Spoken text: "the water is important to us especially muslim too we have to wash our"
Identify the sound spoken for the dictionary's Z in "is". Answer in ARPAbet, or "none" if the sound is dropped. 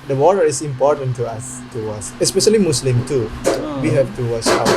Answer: S